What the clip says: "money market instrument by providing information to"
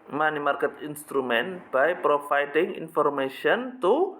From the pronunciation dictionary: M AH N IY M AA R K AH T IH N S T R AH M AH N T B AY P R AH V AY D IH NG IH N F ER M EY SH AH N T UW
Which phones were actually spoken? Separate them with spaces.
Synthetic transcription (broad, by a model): M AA N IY M AA R K AH T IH N S T R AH M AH N B AY P R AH F AY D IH NG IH N F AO M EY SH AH N T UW